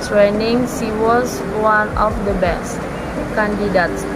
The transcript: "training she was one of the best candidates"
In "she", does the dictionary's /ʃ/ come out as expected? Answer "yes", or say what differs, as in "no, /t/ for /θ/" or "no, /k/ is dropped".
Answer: no, /s/ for /ʃ/